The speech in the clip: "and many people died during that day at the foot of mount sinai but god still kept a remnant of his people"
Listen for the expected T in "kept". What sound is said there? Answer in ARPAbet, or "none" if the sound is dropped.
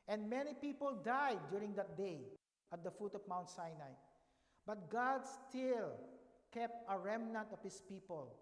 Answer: T